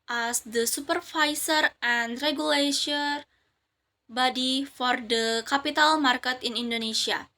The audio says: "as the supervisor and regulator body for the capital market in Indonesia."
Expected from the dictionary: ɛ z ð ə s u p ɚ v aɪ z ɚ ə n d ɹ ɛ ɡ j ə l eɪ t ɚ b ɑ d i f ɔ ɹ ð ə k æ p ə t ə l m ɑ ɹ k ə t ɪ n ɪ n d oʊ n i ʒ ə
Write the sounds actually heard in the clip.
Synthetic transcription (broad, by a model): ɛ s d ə s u p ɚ f aɪ s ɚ ə n d ɹ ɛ ɡ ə l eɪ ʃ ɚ b ɑ d i f ɔ ɹ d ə k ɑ p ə t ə l m ɑ ɹ k ə t ɪ n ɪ n d oʊ n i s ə